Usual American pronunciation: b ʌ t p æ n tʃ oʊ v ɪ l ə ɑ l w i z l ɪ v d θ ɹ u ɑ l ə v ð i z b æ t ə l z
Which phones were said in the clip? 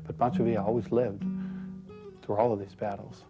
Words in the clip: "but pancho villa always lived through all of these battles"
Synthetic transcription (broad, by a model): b ʌ t b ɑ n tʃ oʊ v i ə ɑ l w i z l ɪ v d θ ɹ u ɑ l ə v ð i z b æ t l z